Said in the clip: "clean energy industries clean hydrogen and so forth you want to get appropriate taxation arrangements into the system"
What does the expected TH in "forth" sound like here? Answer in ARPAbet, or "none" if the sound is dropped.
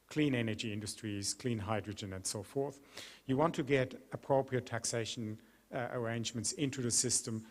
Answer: TH